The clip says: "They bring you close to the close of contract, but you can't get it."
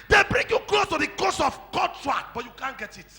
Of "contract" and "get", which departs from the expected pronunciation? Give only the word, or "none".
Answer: contract